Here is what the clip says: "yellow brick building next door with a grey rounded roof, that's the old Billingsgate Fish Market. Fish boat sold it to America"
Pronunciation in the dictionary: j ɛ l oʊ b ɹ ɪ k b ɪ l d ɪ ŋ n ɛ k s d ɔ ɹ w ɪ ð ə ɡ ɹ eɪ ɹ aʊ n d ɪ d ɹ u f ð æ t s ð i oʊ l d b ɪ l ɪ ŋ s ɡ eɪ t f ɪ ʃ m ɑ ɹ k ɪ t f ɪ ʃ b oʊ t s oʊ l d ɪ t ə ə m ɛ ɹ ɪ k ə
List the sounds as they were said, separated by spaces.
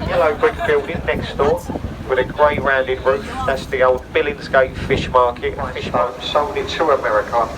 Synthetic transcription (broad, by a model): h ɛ l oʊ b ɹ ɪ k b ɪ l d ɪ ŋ n ɛ k s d ɔ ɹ w ɪ ð ə ɡ ɹ eɪ ɹ aʊ n d ɪ d ɹ u f ð æ t s ð i oʊ l d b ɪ l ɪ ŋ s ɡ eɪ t f ɪ ʃ m ɑ k ɪ t f ɪ ʃ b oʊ s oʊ d ɪ t ə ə m ɛ ɹ ɪ k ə